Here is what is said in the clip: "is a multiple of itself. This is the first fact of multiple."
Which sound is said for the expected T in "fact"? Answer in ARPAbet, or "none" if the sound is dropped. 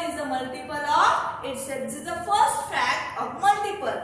none